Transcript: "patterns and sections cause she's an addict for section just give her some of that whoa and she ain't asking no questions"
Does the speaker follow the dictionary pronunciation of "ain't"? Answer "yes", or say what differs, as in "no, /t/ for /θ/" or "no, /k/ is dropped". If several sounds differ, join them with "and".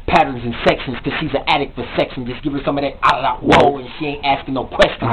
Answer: yes